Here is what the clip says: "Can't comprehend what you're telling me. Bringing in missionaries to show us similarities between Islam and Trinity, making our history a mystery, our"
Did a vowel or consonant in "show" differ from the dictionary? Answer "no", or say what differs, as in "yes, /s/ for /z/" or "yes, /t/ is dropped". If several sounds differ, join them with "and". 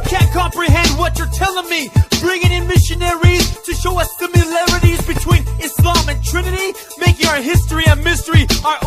no